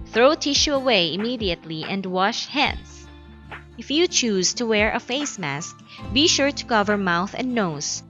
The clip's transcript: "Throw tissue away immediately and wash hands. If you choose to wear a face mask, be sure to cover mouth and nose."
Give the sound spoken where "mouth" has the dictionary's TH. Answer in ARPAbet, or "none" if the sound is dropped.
TH